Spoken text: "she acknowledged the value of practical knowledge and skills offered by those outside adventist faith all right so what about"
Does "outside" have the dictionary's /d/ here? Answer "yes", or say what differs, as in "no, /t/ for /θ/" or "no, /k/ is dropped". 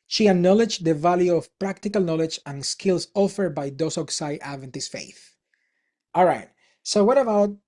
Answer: no, /d/ is dropped